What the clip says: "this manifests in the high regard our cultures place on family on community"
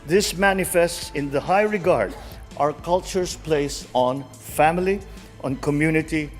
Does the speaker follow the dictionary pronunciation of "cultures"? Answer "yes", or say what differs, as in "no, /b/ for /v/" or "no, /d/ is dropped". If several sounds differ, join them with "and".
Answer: no, /s/ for /z/